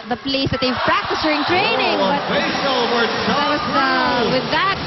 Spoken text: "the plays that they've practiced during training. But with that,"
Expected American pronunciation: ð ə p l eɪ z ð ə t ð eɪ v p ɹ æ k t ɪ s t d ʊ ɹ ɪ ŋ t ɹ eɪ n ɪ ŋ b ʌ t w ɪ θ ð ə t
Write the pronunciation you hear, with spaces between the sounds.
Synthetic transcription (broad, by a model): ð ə p l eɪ s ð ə t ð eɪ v p ɹ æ k t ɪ s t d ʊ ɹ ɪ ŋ t ɹ eɪ n ɪ ŋ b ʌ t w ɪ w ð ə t